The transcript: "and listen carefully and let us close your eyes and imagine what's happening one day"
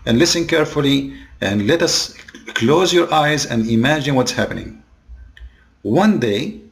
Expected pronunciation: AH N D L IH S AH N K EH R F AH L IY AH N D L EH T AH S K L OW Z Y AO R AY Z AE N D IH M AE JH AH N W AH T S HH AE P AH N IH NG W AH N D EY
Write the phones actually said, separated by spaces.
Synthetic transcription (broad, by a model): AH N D L IH S AH N K EH R F AH L IY AH N D L EH T AH S K L OW Z Y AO R AY Z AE N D IH M AE JH AH N W AH T S HH AE P AH N IH NG W AH N D EY